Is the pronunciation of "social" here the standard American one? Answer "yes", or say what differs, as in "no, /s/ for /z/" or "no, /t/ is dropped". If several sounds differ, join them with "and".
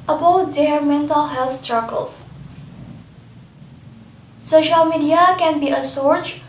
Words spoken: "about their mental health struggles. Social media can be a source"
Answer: yes